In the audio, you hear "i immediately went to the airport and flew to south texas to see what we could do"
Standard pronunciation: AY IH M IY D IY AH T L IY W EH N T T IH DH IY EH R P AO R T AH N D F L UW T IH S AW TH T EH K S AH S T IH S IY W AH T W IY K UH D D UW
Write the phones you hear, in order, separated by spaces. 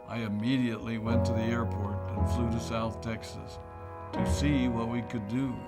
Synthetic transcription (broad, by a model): AY IH M IY D IY AH T L IY W EH N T T IH DH IY EH R P AO R T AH N F L UW T IH S AW TH T EH K S AH S T IH S IY W AH T W IY K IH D D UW